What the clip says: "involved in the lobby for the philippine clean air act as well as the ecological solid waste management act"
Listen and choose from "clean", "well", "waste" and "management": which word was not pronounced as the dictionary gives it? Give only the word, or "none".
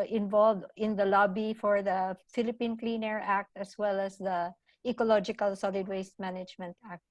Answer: none